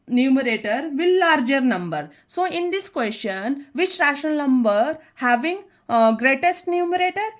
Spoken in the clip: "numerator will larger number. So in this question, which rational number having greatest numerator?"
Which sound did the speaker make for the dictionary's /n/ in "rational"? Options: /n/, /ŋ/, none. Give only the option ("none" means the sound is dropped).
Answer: none